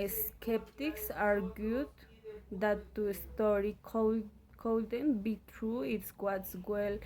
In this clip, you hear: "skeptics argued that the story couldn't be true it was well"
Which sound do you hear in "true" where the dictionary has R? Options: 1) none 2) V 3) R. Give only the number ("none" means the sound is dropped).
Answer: 3